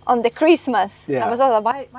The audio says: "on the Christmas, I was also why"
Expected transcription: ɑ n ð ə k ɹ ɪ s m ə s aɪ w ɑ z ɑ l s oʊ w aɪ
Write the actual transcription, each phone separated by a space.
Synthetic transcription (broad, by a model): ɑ n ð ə k ɹ ɪ s m ə s aɪ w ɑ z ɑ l oʊ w aɪ